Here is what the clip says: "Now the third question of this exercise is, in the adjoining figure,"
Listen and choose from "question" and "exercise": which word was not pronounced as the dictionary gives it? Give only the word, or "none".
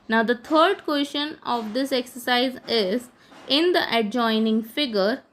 question